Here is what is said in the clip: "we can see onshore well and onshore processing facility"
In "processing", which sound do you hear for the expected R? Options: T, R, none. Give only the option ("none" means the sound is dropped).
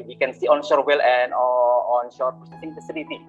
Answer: none